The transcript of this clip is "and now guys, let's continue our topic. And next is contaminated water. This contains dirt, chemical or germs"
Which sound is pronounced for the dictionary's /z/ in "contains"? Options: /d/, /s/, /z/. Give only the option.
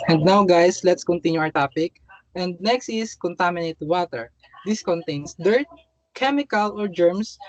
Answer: /s/